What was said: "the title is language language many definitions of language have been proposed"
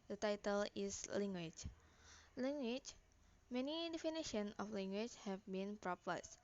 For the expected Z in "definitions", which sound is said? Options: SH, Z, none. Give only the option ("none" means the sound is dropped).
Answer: none